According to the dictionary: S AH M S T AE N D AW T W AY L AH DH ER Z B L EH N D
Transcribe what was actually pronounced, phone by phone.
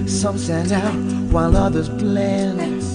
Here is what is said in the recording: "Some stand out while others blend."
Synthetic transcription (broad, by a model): S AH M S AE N AW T W AY L AH DH ER Z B L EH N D